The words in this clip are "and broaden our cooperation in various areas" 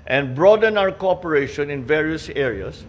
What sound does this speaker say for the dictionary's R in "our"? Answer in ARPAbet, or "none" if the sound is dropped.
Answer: W